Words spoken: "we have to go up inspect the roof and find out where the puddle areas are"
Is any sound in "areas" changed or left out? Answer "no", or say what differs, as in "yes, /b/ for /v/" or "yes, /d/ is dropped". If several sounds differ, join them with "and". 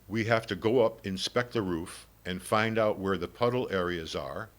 no